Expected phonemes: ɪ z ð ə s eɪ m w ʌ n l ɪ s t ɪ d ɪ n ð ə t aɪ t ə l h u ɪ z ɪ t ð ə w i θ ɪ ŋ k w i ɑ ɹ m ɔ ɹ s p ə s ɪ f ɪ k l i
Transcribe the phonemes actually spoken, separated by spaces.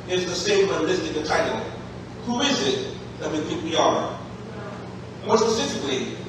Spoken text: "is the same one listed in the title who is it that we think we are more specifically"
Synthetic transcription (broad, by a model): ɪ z ð ə s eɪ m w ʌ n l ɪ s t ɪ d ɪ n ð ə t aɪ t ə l h u ɪ z ɪ t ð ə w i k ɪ k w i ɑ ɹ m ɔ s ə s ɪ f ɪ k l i